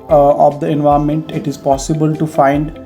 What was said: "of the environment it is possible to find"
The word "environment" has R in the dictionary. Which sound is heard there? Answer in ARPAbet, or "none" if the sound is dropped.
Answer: none